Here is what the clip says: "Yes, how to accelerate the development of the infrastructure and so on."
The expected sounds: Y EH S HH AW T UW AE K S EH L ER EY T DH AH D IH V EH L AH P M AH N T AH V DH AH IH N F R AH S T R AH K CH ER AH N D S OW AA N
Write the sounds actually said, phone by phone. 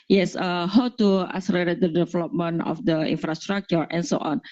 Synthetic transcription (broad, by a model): Y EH S HH AW T UW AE S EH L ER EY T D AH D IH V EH L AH P M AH N AH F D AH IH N F R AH S T R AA K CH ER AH N S OW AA N